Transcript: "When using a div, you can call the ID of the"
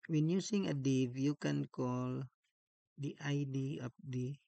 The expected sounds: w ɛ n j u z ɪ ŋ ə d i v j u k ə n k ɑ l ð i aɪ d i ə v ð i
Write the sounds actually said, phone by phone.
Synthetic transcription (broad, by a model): w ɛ n j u s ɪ ŋ ə d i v j u k ə n k ɑ l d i aɪ d i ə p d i